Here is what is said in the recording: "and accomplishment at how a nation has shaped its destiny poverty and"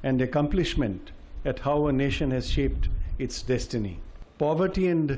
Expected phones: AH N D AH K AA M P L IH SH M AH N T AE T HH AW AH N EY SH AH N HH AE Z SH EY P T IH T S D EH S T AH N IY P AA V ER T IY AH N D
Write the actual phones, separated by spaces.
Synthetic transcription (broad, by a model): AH N D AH K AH M P L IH SH M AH N T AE T HH AW AH N EY SH AH N HH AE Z SH EY P T IH T S D EH S T AH N IY P AA V ER T IY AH N D